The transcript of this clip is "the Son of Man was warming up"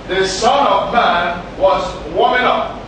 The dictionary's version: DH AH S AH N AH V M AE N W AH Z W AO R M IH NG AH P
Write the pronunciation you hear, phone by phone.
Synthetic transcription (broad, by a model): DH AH S AH N AH V M AE N W AH Z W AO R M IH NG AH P